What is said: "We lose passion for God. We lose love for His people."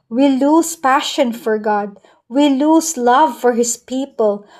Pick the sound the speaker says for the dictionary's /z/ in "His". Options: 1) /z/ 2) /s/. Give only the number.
2